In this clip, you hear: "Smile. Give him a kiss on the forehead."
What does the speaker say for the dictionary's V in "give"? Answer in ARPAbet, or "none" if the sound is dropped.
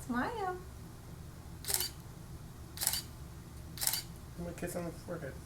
none